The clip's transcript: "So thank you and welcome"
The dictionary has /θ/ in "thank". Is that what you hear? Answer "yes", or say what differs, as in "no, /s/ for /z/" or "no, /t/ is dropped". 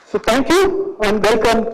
no, /t/ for /θ/